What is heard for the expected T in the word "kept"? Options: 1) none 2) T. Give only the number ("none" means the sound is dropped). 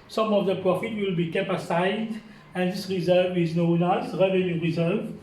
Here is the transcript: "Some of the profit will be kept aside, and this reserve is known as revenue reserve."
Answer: 1